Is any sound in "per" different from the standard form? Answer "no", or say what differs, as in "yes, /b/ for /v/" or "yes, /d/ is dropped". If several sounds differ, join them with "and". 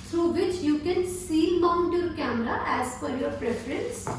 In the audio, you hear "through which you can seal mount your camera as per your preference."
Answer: yes, /f/ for /p/